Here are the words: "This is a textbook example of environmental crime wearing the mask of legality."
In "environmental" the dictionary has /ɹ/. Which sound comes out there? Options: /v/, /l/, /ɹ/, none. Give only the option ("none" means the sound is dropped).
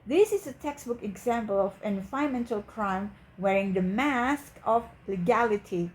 none